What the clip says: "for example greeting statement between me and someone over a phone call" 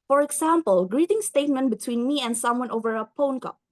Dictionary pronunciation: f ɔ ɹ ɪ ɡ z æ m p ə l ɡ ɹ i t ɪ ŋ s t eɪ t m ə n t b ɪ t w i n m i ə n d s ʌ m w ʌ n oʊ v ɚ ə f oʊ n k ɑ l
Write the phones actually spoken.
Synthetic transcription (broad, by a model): f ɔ ɹ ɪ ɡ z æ m p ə l ɡ ɹ i t ɪ ŋ s t eɪ t m ə n t b ɪ t w i n m i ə n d s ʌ m w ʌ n oʊ v ɚ ə p oʊ n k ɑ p